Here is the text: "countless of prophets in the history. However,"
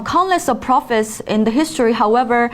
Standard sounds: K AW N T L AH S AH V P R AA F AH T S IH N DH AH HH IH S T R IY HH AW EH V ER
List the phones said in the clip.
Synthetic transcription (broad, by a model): K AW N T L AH S AH V P R AA F AH T S IH N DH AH HH IH S T R IY HH AW EH V ER